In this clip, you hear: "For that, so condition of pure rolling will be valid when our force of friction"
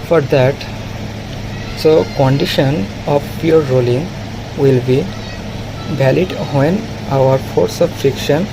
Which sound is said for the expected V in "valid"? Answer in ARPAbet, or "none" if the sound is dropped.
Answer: B